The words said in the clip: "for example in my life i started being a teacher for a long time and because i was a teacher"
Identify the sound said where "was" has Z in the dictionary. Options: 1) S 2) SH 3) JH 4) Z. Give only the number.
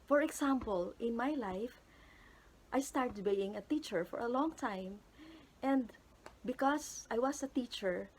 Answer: 1